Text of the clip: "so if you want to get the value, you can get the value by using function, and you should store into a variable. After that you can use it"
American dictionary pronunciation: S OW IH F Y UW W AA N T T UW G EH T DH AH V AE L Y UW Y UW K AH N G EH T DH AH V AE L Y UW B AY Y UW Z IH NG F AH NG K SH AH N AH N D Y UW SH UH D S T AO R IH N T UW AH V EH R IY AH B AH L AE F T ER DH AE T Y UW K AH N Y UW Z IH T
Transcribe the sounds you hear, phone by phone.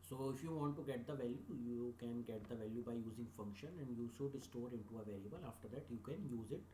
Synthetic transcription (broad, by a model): S OW IH F Y UW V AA N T T UW G EH T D AH V AE L Y UW Y UW K AH N G EH T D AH V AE L Y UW B AY Y UW Z IH NG F AH NG K SH AH N AH N D Y UW S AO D S T AO R IH N T UW AH V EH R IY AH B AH L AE F T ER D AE T Y UW K AH N Y UW Z IH T